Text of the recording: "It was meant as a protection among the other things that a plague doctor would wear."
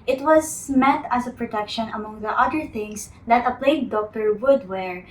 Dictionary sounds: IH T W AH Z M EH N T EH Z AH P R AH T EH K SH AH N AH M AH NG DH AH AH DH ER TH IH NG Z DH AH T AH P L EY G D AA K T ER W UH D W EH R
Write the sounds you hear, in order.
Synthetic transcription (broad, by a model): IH T W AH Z M EH T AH S AH P R AH T EH K SH AH N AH M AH NG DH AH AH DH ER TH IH NG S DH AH T AH P L EY G D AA K T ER W UH D W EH R